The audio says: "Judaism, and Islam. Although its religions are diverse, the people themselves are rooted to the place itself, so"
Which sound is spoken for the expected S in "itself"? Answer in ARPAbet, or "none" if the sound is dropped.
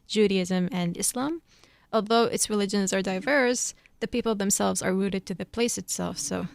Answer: S